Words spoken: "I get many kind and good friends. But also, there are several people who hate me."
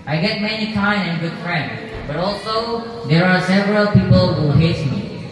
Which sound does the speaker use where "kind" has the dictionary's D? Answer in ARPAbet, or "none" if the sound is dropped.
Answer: none